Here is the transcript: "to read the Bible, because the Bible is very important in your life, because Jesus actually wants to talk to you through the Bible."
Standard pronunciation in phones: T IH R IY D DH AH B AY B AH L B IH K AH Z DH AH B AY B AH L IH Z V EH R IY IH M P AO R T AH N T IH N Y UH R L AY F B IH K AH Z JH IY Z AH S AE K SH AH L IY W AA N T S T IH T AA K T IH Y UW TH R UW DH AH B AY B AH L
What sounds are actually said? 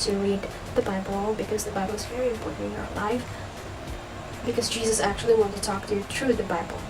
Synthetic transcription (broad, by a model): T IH R IY D DH AH B AY B L B IH K AH Z DH AH B AY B L IH Z V EH R IY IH M P AO R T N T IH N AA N L AY F B IH K AH Z JH IY Z AH S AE K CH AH L IY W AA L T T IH T AA K T IH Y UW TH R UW DH AH B AY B L